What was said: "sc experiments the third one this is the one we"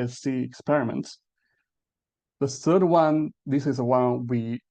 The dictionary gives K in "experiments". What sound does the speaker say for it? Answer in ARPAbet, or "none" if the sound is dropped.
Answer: K